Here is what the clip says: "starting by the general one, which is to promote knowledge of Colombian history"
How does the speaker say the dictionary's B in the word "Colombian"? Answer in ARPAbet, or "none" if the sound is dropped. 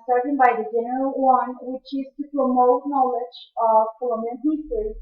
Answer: none